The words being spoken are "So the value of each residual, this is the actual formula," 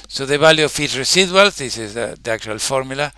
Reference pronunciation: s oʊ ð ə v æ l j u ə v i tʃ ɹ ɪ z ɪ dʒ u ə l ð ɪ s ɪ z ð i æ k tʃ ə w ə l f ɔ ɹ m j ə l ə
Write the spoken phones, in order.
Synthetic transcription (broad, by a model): s oʊ ð ə b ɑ l j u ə f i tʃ ɹ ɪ s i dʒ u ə l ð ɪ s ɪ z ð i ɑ k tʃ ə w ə l f ɔ ɹ m j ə l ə